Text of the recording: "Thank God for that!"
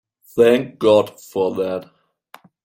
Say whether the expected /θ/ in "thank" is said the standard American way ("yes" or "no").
yes